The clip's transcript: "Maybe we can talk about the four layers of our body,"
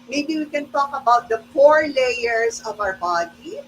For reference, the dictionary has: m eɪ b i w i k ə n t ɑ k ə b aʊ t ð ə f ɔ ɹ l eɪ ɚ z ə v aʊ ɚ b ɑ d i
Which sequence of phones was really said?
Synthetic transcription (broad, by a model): m eɪ b i w i k ə n t ɑ k ə b aʊ t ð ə p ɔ ɹ l eɪ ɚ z ə v aʊ ɚ b ɑ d i